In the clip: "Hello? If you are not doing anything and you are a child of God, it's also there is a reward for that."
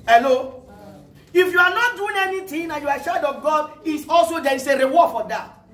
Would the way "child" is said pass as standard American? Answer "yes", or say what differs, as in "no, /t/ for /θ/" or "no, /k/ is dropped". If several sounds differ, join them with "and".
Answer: no, /l/ is dropped